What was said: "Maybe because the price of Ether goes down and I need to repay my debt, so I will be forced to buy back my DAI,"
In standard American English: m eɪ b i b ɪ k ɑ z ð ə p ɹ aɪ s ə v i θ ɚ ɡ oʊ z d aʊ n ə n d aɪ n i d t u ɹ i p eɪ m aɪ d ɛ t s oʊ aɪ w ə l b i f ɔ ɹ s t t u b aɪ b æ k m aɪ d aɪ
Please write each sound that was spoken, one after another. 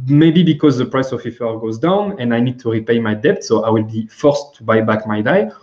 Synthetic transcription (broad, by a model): m eɪ b i b ɪ k ɑ z ð ə p ɹ aɪ s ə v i f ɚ ɡ oʊ z d aʊ n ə n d aɪ n i d t u ɹ i p eɪ m aɪ d ɛ t s oʊ aɪ w ə l b i f ɔ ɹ s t t u b aɪ b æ k m aɪ d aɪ